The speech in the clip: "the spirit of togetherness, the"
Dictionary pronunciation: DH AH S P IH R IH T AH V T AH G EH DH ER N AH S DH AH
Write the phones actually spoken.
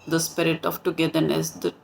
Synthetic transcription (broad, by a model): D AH S P IH R IH T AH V T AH G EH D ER N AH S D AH